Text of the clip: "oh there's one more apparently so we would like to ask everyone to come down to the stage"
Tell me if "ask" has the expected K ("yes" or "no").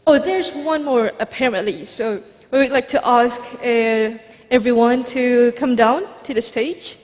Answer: yes